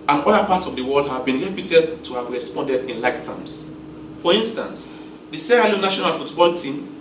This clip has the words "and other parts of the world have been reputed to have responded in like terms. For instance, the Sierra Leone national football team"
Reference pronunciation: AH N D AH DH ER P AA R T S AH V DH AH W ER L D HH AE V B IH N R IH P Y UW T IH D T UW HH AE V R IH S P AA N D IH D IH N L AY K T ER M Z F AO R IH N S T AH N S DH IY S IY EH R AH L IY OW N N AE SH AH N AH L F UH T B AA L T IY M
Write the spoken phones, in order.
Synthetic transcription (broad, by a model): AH N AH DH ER P AA T AH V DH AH W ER L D HH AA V B IH N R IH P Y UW T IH D T UW HH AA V R IH S P AA N D IH D IH N L AY K T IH M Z F AO R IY N S T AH N S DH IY S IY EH AH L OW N N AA SH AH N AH L F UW T B AA L T IY M